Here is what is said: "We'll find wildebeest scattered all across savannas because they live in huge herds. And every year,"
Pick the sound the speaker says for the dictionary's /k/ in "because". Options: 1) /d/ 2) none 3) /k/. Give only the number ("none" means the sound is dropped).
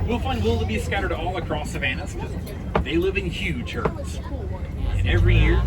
2